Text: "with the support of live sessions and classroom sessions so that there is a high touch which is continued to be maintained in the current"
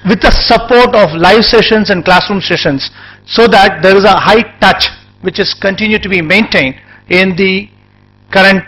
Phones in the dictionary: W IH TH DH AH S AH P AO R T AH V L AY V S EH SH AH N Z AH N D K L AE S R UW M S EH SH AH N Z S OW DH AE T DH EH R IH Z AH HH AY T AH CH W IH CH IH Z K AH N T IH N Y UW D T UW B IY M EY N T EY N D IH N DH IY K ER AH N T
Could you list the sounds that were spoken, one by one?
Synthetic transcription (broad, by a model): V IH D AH S AH P AO R T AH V L AY V S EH SH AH N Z AH N D K L AE S R UW M S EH SH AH N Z S OW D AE T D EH R IH Z AH HH AY T AH CH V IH CH IH Z K AH N T IH N Y UW D T UW B IY M EY N T EY N D IH N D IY K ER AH N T